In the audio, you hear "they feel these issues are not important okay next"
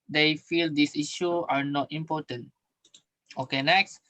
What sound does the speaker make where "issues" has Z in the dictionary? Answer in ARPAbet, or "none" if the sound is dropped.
none